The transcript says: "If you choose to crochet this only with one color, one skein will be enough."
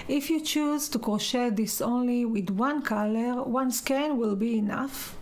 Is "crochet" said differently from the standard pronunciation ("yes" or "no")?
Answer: yes